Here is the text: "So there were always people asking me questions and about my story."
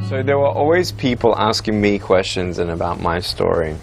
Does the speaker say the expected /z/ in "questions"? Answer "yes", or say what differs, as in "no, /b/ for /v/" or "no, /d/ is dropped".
yes